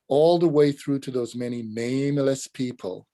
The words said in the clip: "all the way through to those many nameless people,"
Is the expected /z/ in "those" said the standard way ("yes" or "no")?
yes